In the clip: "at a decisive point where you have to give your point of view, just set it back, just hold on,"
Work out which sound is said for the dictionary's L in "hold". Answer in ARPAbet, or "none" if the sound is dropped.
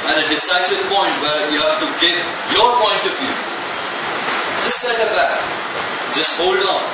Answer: L